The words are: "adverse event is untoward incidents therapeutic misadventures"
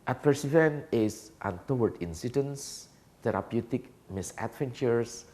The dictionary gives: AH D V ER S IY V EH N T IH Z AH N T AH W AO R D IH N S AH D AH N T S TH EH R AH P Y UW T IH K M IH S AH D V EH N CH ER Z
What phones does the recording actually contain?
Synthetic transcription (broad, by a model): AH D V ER S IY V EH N IH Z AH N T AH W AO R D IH N S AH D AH N S T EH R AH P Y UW T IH K M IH S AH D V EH N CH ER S